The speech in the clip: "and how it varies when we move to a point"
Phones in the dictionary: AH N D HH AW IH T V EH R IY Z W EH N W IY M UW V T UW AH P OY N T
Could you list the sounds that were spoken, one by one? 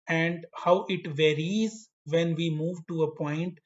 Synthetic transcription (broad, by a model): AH N D HH AW IH T V EH R IY Z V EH N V IY M UW V T UW AH P OY N T